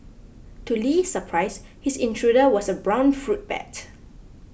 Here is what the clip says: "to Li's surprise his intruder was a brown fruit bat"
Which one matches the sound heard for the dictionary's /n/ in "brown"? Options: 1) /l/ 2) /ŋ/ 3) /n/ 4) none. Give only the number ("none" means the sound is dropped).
3